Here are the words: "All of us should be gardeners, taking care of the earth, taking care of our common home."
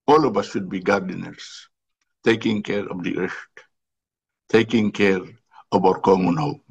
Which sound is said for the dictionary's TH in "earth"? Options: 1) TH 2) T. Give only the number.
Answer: 2